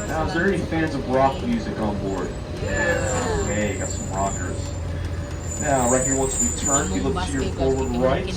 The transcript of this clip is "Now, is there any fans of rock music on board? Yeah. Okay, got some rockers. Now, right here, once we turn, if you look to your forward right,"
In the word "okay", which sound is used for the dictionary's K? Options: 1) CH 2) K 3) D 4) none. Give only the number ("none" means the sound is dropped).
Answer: 4